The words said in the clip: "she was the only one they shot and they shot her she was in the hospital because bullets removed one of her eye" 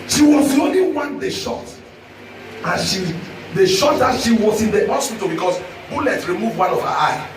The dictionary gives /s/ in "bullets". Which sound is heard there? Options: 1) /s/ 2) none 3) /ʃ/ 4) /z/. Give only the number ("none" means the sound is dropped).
2